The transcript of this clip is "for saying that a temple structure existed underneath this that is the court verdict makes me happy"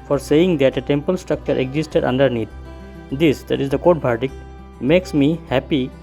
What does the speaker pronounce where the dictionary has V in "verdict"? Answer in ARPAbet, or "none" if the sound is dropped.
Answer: B